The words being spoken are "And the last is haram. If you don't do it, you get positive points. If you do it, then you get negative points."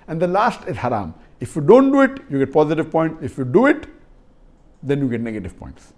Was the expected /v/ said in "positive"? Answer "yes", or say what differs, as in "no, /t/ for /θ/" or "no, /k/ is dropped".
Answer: yes